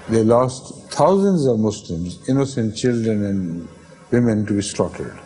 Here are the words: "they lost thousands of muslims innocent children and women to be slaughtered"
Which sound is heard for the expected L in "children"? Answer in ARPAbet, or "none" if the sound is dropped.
L